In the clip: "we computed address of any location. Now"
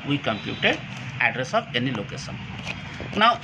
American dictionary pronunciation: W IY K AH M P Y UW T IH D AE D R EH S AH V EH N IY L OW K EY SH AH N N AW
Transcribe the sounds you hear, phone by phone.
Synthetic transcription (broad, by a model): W IY K AH M P Y UW T IH D AE D R EH S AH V EH N IY L OW K EY SH AH N N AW